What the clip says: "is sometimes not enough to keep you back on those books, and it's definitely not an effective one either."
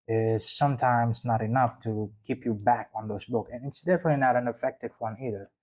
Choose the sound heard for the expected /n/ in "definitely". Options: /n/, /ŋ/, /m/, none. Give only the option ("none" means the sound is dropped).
/n/